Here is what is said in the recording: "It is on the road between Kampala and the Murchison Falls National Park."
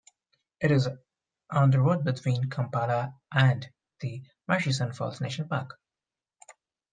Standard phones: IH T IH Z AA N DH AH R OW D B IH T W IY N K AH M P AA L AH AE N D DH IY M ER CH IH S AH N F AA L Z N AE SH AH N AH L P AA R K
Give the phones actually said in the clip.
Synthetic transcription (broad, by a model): IH T IH Z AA N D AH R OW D B IH T W IY N K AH M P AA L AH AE N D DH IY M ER SH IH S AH N F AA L S N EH AH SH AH N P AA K